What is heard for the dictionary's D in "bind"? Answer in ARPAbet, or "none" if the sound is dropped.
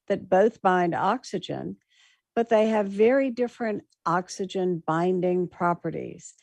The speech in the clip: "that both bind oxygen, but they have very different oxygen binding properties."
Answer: D